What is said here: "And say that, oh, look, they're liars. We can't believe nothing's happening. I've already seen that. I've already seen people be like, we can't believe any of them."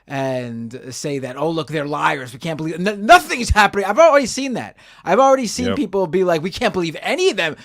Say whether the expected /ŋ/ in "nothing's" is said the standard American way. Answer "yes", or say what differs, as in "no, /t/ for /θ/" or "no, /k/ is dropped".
yes